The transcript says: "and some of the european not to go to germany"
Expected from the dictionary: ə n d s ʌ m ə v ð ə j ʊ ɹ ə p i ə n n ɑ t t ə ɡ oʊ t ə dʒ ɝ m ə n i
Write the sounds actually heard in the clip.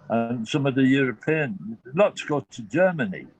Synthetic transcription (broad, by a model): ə n s ʌ m ə v ð ə j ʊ ɹ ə p i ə n l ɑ t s ɡ oʊ t ə dʒ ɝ m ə n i